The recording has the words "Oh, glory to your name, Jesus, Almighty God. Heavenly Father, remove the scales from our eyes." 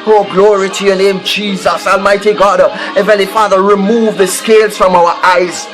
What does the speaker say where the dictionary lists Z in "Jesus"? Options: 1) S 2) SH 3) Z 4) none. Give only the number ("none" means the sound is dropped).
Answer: 3